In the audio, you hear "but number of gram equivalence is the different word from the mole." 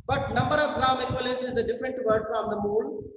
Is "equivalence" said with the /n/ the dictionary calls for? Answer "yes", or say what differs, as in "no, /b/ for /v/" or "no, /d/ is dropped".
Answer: no, /n/ is dropped